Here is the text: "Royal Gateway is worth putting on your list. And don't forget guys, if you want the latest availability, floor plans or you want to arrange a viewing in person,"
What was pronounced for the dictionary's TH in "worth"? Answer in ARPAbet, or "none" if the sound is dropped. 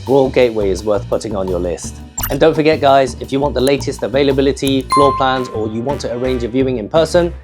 TH